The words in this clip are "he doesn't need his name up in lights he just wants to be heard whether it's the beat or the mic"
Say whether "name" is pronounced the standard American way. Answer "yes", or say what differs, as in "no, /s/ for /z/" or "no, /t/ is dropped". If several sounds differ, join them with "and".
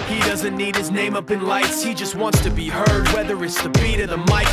yes